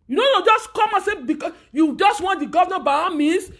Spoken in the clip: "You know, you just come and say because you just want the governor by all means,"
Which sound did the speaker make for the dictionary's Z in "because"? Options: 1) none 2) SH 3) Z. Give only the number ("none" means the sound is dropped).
1